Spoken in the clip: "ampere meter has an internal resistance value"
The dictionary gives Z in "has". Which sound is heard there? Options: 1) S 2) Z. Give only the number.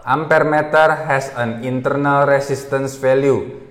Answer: 1